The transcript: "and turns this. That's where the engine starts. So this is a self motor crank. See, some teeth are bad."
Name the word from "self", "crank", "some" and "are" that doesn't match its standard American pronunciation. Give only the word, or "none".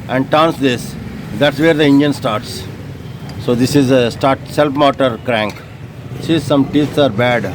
self